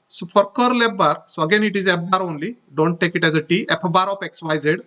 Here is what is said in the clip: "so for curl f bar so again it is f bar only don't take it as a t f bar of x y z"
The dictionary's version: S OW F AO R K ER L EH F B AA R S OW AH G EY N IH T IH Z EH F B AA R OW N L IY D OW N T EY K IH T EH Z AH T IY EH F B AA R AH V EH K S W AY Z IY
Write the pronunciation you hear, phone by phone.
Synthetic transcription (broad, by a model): S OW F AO R K ER L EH P B AA R S OW AH G EY N IH T IH Z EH P B AA R OW N L IY D OW N T EY K IH T EH Z AH T IY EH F B AA R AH P EH K S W AY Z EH